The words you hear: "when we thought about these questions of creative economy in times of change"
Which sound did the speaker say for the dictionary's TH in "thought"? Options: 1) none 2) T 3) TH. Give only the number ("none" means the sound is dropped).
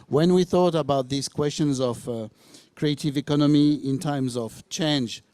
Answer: 3